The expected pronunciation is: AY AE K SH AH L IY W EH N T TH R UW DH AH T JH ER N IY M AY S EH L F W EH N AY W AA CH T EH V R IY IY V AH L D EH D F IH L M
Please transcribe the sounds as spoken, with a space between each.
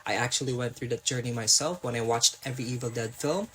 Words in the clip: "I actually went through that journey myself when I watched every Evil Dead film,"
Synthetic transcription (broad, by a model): AY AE K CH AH L IY W EH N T TH R UW DH AH T JH ER N IY M AY S EH L F W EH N AY W AA CH T EH V R IY IY V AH L D EH D F IH L M